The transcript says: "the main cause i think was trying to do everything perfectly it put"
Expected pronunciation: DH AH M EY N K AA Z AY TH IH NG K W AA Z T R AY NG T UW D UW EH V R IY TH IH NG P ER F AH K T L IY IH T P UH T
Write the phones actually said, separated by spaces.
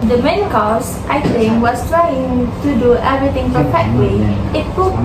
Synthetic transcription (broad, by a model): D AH M EY N K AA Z AY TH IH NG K W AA S T R AY NG T UW D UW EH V R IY T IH NG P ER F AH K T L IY IH T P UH